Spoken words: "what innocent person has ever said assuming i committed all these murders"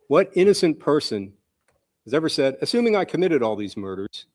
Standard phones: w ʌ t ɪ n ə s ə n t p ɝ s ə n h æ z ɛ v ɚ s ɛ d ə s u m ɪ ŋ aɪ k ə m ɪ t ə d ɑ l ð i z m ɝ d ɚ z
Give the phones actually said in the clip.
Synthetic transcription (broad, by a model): w ʌ t ɪ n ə s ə n p ɝ s ə n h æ z ɛ v ɚ s ɛ d ə s u m ɪ ŋ aɪ k ə m ɪ t ə d ɑ l ð i z m ɝ d ɚ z